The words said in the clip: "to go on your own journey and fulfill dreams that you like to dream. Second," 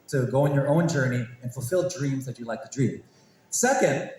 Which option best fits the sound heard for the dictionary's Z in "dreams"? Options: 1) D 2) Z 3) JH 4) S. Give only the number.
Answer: 2